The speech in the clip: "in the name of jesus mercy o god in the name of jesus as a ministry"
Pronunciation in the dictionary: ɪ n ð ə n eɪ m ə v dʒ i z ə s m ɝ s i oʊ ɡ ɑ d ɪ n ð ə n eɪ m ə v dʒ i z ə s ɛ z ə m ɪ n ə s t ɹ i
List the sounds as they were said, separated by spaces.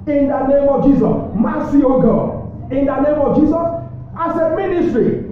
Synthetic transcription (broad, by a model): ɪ n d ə n eɪ m ə v dʒ i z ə s m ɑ s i oʊ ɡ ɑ ɪ n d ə n eɪ m ə v dʒ i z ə s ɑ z ə m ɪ n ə s t ɹ i